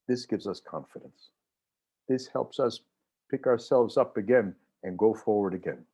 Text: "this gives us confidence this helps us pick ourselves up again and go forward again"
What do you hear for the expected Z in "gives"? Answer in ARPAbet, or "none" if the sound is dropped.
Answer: Z